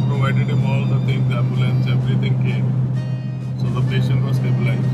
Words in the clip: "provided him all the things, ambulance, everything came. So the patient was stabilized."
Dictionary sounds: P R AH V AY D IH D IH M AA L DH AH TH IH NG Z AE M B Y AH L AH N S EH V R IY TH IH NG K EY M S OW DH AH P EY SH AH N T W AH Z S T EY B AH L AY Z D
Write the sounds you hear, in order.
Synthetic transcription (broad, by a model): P R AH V AY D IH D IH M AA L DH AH T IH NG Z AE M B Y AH L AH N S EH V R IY T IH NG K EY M S OW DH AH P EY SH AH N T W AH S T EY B L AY